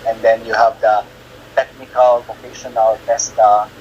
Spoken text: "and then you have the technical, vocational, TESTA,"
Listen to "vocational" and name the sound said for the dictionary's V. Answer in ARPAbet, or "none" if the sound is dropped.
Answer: P